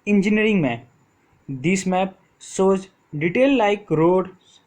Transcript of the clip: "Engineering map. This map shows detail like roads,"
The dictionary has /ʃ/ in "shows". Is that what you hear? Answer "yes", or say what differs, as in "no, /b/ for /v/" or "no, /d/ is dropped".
no, /s/ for /ʃ/